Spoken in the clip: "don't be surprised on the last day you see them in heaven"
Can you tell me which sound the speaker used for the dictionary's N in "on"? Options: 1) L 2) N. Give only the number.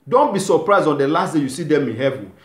2